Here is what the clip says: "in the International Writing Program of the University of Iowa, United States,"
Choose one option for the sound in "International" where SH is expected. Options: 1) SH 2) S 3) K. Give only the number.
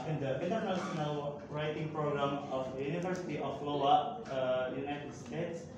2